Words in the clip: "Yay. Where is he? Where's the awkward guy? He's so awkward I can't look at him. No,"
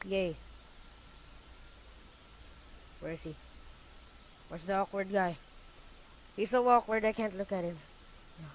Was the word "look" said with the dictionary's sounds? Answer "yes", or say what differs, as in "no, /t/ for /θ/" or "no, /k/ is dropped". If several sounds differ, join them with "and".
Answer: yes